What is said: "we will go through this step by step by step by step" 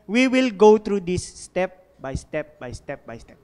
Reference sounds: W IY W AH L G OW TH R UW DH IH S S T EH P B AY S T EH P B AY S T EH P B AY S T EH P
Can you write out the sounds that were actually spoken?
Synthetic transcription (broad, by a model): W IY W AH L G OW T R UW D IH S S T EH P B AY S T EH P B AY S T EH P B AY S T EH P